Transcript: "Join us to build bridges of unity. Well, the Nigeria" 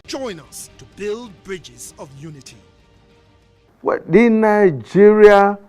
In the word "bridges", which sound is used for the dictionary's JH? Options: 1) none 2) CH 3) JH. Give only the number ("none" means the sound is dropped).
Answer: 3